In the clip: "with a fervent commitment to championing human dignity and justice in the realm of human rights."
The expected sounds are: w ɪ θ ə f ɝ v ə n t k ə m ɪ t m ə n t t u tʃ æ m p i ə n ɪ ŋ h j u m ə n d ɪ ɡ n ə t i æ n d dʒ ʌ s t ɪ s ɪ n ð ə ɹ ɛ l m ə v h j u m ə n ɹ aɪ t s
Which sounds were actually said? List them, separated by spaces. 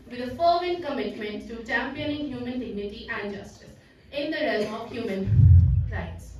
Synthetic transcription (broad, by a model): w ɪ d ə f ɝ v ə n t k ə m ɪ t m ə n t t u tʃ æ m p i ə n ɪ ŋ h j u m ə n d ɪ ɡ n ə t i æ n d dʒ ʌ s t ɪ s ɪ n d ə ɹ ɛ l m ə v h j u m ə n ɹ aɪ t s